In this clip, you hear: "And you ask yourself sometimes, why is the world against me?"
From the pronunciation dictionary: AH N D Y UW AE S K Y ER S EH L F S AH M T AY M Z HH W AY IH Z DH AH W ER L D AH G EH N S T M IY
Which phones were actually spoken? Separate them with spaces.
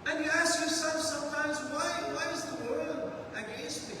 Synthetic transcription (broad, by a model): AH N Y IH AE S K Y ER S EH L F S AH M T AY M Z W W AY IH Z DH AH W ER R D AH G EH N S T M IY